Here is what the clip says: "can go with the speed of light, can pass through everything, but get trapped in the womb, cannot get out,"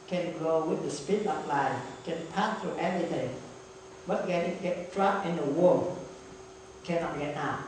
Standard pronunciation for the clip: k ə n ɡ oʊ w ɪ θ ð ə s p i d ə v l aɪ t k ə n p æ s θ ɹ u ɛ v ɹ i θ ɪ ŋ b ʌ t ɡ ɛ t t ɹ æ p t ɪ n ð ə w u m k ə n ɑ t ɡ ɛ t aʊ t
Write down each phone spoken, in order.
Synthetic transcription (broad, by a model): k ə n ɡ oʊ w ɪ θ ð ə s p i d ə p l aɪ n k ə n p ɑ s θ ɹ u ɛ v ɹ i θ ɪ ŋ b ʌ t ɡ ɛ t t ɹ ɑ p ɪ n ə w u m k ə n ɑ t ɡ ɛ t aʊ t